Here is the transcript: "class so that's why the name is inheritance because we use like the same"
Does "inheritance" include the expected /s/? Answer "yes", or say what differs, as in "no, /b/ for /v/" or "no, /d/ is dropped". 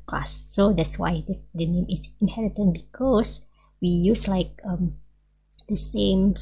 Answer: no, /s/ is dropped